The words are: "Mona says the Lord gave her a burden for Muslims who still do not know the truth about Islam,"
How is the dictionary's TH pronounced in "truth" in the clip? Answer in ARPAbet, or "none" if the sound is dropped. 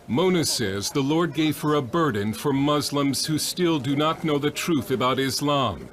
TH